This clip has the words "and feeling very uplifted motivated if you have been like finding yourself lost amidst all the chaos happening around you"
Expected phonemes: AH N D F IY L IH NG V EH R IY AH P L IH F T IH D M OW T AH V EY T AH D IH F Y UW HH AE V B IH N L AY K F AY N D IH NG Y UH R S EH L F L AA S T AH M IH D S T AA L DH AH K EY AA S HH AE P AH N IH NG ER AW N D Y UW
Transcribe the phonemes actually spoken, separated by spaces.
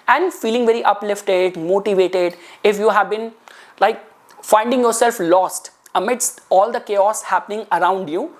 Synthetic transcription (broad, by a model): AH N D F IY L IH NG V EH R IY AH P L IH F T IH D M OW T AH V EY T AH D IH F Y UW HH AE V B IH N L AY K F AY N D IH NG Y UH R S EH L F L AA S T AH M IH D S T AA L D AH K EY AA S HH AE P AH N IH NG ER AW N D Y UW